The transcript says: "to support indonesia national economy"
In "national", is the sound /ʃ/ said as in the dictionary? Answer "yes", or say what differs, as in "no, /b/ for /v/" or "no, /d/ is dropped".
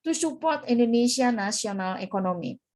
no, /s/ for /ʃ/